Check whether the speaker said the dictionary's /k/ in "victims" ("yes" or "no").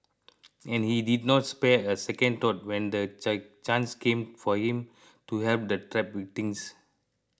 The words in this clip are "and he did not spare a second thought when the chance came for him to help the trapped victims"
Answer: no